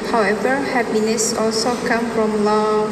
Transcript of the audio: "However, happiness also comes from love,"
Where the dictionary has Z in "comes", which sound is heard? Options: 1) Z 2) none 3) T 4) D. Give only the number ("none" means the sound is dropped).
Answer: 2